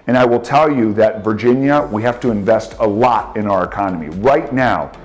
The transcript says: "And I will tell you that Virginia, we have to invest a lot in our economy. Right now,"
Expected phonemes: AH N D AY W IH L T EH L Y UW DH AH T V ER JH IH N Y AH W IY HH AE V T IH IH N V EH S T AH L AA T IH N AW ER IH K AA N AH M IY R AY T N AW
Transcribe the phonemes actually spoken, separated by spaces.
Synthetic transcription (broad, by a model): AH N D AY W IH L T EH L Y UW DH AH T V ER JH IH N Y AH W IY HH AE F T IH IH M V EH S T AH L AA T IH N AW ER IH K AA N AH M IY R AY T N AW